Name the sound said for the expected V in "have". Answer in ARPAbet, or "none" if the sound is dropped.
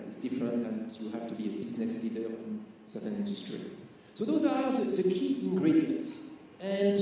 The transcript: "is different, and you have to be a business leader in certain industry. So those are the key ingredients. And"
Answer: F